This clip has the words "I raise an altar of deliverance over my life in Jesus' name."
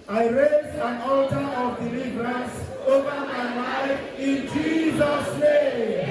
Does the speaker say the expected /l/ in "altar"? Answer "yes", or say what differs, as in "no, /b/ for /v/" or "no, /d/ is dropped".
yes